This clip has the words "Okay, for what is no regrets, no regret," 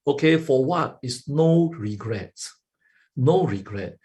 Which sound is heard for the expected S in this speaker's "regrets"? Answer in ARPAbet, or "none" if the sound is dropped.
none